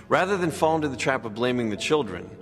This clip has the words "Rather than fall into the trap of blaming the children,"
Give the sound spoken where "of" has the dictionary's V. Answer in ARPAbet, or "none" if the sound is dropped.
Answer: V